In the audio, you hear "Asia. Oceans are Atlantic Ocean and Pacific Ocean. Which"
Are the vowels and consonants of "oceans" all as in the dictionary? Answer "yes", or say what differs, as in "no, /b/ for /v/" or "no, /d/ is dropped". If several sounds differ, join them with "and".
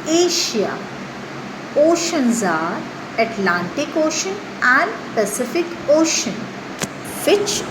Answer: yes